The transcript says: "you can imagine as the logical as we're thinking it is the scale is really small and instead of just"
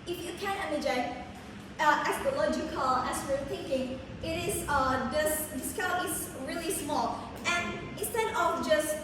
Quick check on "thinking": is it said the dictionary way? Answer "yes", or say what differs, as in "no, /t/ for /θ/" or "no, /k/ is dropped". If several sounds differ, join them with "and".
yes